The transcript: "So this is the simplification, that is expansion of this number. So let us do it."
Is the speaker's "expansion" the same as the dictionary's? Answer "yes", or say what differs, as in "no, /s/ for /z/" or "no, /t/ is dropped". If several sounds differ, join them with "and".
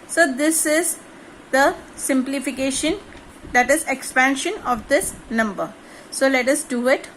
yes